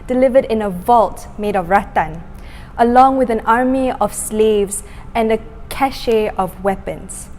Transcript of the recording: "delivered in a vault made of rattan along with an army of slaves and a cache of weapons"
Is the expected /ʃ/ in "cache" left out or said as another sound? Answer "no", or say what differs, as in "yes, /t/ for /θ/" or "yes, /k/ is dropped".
no